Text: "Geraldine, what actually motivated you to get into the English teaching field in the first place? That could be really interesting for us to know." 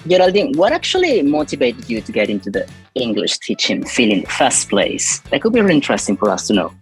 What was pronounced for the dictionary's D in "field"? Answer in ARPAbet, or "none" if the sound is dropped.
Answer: none